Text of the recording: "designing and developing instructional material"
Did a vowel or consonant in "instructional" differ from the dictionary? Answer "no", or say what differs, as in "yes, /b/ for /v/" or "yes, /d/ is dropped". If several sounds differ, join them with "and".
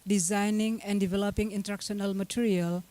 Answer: yes, /s/ is dropped